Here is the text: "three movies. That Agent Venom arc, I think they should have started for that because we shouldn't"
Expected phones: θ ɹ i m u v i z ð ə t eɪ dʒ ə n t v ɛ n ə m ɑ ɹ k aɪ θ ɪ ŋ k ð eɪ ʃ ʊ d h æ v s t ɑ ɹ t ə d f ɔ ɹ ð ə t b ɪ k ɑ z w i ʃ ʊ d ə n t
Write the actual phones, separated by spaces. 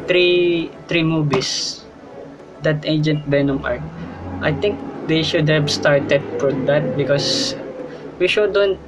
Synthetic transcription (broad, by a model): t ɹ i m u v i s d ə t eɪ dʒ ə n t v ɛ n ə m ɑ ɹ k aɪ t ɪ ŋ k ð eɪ ʃ ʊ d h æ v s t ɑ ɹ t ə d f ɔ ɹ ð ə t b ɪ k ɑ s w i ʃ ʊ d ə n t